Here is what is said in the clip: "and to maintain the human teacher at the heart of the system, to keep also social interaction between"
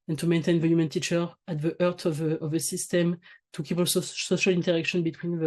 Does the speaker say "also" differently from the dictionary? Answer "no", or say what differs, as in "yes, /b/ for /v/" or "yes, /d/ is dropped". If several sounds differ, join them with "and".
yes, /l/ is dropped